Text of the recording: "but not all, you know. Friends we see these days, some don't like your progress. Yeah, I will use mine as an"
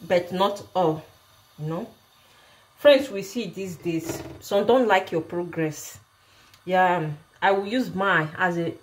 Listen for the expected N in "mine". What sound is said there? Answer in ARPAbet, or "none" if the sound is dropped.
none